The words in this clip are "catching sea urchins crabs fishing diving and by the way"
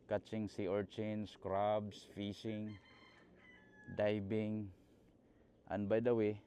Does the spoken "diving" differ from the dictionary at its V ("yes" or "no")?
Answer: yes